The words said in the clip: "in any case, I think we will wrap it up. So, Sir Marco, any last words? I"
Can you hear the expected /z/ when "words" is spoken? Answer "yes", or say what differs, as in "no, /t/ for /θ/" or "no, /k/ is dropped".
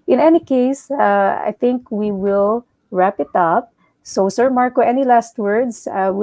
no, /s/ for /z/